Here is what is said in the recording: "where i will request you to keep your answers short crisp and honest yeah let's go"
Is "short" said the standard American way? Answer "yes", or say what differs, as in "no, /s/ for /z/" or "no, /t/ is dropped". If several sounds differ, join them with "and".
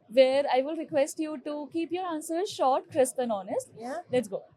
yes